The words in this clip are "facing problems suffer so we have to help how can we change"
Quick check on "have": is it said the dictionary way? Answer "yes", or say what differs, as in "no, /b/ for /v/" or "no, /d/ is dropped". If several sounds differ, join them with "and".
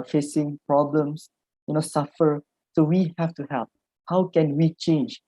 no, /f/ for /v/